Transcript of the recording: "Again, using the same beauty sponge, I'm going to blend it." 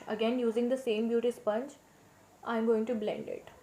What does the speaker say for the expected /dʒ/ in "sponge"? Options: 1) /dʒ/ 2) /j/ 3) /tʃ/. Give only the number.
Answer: 3